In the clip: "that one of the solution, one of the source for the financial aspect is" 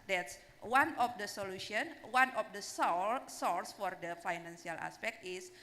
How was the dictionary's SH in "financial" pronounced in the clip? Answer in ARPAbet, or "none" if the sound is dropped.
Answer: S